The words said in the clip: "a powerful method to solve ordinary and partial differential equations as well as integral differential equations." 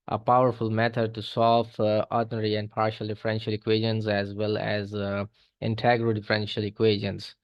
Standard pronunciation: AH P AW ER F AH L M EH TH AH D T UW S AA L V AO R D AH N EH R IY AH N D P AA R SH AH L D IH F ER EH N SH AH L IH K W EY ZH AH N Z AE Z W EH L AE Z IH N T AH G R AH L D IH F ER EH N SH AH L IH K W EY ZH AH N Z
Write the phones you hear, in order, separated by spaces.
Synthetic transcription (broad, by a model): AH P AW ER F AH L M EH T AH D T UW S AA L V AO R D N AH R IY AH N D P AA R SH AH L D IH F ER EH N SH AH L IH K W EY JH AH N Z AE Z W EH L AE Z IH N T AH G R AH D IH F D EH N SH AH L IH K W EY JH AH N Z